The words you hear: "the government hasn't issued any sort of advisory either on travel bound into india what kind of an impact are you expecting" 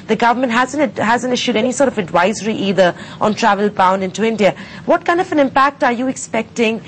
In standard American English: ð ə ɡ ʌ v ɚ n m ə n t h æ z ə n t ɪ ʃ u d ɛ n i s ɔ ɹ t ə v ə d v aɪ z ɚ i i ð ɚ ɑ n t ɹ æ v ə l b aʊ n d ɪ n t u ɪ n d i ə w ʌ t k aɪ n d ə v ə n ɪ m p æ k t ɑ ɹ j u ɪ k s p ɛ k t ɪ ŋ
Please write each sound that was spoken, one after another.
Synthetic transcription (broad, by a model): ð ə ɡ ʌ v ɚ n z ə n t h æ z ə n t ɪ ʃ u d ɛ n i s ɔ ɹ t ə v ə d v aɪ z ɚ i i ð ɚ ɑ n t ɹ æ v ə l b aʊ n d ɪ n t u ɪ n d i ə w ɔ t k aɪ n d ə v ə n ɪ m p æ k t ɑ ɹ j u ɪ k s p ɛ k t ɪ ŋ